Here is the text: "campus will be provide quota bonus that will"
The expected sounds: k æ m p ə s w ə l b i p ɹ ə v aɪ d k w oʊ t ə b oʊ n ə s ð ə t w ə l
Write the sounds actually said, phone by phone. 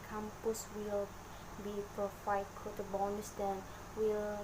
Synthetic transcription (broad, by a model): k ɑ m p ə s w ə l b i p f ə f aɪ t k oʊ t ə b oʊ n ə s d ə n w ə l